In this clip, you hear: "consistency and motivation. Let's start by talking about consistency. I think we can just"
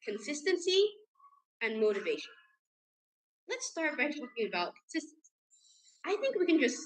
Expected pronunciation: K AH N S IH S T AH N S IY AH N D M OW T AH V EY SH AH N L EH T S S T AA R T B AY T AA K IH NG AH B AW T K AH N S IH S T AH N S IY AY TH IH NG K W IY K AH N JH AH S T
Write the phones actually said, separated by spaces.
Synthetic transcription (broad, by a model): K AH N S IH S T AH N S IY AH N M OW T AH V EY SH AH N L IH T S S T AA R T B AY T AA K IH NG AH B AW T K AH N S IH S T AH N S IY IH TH IH NG K W IY K AH N JH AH S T